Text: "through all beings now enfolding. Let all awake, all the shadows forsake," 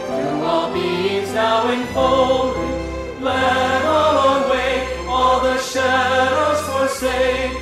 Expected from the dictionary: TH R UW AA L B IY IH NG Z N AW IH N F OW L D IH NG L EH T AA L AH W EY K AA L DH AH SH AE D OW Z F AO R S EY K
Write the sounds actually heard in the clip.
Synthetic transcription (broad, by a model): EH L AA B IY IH Z N AW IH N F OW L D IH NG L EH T AA L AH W EY AA L DH AH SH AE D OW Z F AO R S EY